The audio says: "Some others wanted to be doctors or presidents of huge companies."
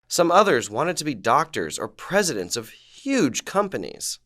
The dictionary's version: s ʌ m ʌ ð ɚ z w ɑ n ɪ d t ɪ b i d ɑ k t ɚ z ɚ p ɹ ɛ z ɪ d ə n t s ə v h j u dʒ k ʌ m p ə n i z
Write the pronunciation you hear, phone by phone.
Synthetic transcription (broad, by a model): s ʌ m ʌ ð ɚ z w ɑ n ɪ d t ɪ b i d ɑ k t ɚ z ɚ p ɹ ɛ z ɪ d ə n t s ə v h j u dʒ k ʌ m p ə n i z